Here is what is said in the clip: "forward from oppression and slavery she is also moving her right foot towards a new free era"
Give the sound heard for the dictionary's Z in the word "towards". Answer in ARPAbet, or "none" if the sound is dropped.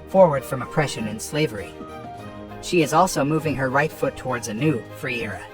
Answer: Z